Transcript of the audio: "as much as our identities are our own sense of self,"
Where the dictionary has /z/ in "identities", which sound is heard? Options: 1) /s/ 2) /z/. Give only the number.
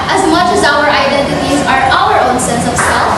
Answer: 2